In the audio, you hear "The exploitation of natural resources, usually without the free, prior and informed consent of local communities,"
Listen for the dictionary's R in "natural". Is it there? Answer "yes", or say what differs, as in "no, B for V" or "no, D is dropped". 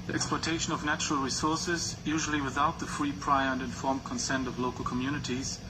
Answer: yes